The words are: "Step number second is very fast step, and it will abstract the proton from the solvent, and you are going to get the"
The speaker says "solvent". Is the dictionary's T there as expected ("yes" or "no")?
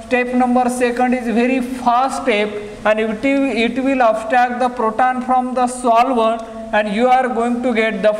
no